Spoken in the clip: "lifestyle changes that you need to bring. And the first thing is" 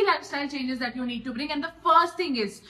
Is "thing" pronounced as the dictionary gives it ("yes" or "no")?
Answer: no